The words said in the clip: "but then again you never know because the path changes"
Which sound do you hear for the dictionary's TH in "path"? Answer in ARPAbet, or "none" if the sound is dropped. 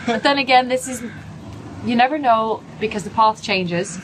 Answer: TH